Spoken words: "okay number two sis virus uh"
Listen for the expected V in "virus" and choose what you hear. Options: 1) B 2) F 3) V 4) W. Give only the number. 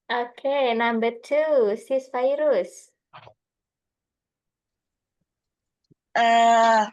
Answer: 2